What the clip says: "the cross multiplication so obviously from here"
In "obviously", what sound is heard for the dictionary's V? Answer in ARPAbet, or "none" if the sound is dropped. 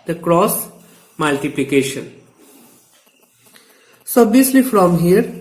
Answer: none